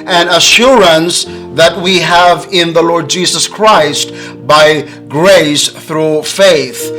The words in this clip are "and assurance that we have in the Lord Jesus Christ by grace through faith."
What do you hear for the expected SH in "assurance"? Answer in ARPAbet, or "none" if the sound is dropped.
SH